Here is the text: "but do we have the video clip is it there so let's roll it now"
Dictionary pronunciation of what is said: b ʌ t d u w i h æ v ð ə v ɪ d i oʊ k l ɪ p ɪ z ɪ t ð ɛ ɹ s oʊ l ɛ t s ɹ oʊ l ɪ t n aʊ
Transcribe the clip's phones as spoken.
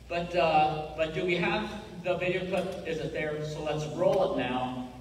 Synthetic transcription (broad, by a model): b ʌ t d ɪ w i h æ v ð ə v ɪ d i oʊ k ʊ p ɪ z ɪ t ð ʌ ɹ s oʊ l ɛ t s ɹ oʊ l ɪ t n aʊ